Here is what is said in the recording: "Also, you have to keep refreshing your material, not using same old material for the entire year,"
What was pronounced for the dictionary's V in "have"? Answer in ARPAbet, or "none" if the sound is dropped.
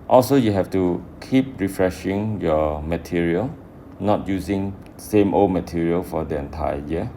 F